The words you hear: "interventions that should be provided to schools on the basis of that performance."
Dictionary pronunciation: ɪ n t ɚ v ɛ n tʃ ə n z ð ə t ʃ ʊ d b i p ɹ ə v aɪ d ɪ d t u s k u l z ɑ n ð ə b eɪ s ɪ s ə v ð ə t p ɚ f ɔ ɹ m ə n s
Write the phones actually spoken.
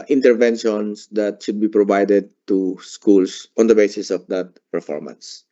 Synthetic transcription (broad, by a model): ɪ n t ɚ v ɛ n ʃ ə n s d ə t ʃ ʊ d b i p ɹ ə v aɪ d ɪ d t u s k u l s ɑ n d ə b eɪ s ɪ s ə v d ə t p ɚ f ɔ ɹ m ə n s